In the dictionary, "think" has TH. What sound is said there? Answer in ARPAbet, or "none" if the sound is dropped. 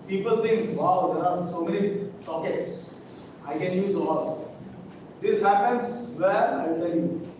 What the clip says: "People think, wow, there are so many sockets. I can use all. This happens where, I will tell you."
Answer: T